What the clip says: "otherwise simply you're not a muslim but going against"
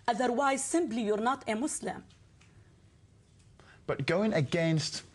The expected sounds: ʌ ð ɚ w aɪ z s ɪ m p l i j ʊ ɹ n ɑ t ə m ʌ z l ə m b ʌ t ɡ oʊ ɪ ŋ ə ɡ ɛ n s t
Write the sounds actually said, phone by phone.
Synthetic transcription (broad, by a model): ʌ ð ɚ w aɪ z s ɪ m b l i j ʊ ɹ n ɑ t ə m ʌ s l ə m b ʌ t ɡ oʊ ɪ ŋ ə ɡ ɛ n s t